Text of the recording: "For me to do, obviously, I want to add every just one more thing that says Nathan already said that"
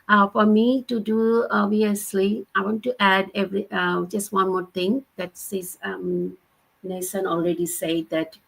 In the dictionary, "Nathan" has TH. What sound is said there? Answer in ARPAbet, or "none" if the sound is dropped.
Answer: S